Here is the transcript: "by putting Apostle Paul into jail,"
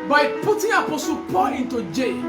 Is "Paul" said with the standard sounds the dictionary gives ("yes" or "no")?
no